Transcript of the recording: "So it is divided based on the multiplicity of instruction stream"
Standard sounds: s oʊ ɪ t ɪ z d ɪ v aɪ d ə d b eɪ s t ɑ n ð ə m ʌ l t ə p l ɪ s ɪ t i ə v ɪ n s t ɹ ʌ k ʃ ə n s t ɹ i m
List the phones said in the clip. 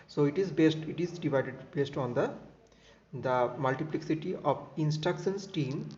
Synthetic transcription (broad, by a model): s oʊ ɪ t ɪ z d ɪ v aɪ d ə d b eɪ s t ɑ n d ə m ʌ l t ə p l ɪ s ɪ t i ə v ɪ n s t ɹ ʌ k ʃ ə n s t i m